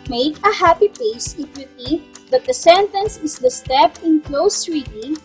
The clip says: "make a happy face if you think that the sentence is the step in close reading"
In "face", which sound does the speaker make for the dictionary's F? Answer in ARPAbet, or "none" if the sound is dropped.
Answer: P